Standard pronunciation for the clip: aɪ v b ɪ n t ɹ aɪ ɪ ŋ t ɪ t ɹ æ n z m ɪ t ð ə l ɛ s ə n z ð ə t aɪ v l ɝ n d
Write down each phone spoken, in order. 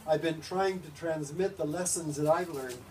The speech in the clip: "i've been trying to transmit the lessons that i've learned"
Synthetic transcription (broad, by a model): aɪ v b ɪ n t ɹ aɪ ɪ ŋ t ɪ t ɹ æ n z m ɪ t ð ə l ɛ s ə n z ð ə t aɪ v l ɝ n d